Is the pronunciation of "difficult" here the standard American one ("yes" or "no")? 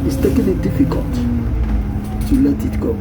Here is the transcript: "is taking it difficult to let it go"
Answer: yes